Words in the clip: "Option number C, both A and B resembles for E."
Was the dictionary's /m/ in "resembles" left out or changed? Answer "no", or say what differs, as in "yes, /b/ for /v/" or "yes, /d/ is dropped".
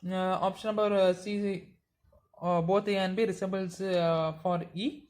yes, /m/ is dropped